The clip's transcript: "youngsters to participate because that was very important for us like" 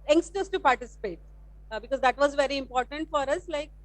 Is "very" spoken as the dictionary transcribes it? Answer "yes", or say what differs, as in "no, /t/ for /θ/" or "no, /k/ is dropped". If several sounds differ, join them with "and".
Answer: yes